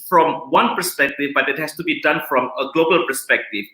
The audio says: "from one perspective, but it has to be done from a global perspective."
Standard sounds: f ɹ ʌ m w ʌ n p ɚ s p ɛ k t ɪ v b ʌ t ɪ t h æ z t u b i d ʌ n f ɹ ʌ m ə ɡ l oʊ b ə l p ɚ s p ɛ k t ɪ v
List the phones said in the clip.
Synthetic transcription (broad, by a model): f ɹ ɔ m w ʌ n p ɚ s p ɛ k t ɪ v b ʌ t ɪ t h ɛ s t u b i d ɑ n f ɹ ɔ m ə ɡ l oʊ b ə l p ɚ s p ɛ k t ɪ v